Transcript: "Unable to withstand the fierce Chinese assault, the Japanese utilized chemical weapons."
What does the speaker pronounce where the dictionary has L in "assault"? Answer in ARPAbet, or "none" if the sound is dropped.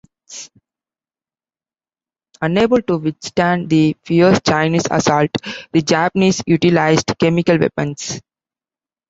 L